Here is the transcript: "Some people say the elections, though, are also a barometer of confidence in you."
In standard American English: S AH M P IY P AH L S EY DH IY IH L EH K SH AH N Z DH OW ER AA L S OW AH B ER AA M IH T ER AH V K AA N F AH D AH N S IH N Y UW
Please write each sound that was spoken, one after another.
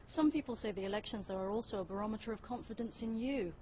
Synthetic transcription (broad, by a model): S AH M P IY P AH L S EY DH IY IH L EH K SH AH N Z DH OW ER AA L S OW AH B ER AA M IH T ER AH V K AA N F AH D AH N S IH N Y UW